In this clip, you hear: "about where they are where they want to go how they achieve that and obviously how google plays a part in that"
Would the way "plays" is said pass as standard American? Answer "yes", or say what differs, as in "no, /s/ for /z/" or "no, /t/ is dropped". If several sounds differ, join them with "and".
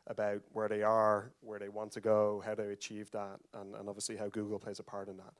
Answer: yes